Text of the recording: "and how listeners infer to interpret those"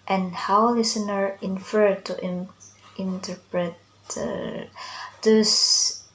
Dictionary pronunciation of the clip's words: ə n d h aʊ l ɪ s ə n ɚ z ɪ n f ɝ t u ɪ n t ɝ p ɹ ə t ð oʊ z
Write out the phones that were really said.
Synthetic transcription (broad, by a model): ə n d h aʊ l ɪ s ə n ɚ ɪ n f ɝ t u ɪ n t ɝ p ɹ ə t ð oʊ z